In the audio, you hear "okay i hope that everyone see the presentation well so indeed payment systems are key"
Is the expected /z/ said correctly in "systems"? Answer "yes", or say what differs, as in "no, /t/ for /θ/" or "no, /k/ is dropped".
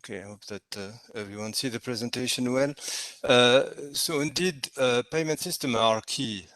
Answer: no, /z/ is dropped